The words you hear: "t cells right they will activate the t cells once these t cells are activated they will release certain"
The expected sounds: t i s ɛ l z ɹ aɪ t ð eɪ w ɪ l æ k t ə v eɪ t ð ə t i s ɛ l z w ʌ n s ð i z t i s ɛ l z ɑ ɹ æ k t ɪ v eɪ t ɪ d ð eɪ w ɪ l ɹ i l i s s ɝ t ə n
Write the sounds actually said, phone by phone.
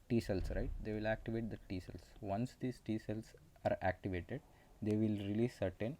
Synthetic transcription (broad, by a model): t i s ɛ l s ɹ aɪ t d eɪ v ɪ l æ k t ə v eɪ t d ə t i s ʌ l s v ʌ n s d i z t i s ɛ l s ɑ ɹ æ k t ɪ v eɪ t ɪ d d eɪ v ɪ l ɹ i l i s s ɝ t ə n